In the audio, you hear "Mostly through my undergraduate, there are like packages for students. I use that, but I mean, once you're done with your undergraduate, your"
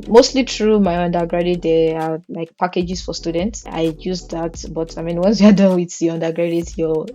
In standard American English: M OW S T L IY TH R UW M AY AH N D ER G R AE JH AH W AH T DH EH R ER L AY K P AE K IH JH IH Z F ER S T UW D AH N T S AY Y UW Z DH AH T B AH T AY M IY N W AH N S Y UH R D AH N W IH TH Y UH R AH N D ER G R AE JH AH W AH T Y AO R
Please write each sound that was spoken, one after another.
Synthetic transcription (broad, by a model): M OW S T L IY T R UW M AY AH N D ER G R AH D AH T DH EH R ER L AY K P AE K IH JH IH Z F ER S T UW D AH N T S AY Y UW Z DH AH T B AH T AY M IY N W AH N S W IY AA D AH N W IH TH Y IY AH N D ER G R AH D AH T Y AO